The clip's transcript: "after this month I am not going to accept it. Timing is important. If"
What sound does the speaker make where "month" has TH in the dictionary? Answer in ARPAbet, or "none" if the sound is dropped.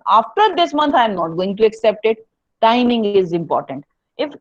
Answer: T